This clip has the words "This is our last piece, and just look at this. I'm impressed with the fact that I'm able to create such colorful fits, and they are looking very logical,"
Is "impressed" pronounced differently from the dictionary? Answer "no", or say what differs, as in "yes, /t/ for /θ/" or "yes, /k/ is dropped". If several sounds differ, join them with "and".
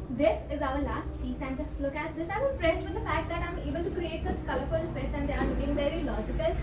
yes, /m/ is dropped